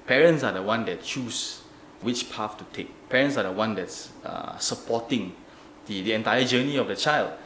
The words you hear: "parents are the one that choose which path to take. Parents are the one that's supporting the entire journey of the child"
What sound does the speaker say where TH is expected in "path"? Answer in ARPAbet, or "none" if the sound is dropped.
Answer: F